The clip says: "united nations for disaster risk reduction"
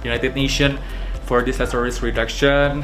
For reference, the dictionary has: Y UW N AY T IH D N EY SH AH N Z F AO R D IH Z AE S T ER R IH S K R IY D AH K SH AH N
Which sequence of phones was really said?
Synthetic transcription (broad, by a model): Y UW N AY T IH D N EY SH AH N F AO R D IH S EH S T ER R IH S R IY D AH K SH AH N